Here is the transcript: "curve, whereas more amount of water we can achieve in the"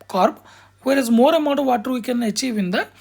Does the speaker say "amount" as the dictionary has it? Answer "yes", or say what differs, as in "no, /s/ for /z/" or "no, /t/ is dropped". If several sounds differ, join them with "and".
no, /n/ is dropped